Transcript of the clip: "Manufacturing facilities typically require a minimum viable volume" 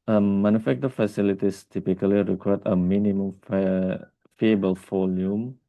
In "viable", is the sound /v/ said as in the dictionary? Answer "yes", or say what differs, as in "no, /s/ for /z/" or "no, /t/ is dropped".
no, /f/ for /v/